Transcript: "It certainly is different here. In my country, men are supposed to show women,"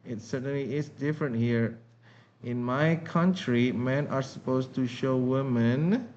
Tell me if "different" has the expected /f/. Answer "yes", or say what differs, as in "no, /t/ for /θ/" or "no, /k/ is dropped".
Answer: yes